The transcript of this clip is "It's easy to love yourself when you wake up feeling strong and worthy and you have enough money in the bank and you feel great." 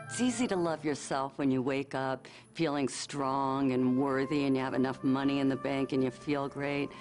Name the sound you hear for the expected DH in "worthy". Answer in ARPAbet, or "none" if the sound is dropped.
DH